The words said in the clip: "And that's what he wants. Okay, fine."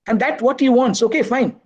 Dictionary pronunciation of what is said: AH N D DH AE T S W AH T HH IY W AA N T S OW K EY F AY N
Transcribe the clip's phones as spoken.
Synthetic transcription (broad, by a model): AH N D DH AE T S W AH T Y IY W AA N T S OW K EY F AY N